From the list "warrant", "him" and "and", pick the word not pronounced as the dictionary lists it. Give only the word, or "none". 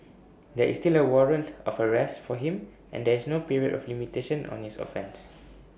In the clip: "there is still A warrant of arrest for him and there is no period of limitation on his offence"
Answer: none